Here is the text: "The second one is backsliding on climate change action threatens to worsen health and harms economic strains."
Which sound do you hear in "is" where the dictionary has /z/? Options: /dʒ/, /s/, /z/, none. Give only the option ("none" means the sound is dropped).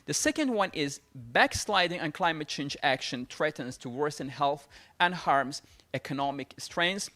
/z/